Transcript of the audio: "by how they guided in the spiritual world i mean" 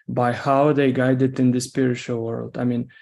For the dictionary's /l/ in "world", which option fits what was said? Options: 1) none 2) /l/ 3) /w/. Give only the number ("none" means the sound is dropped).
2